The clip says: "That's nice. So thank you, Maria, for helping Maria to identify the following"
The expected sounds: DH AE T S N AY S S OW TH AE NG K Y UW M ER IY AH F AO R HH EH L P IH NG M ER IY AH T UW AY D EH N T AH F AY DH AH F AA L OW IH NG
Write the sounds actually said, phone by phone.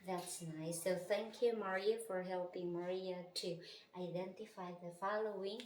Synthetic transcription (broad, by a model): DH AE T S N AY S S OW TH AE NG K Y UW M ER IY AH F AO R HH EH L P IH NG M ER IY AH T UW AY D EH N T AH F AY DH AH F AA L OW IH NG